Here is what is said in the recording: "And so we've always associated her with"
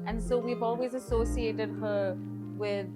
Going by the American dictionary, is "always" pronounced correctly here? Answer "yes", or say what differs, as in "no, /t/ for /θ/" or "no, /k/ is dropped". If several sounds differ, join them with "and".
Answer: yes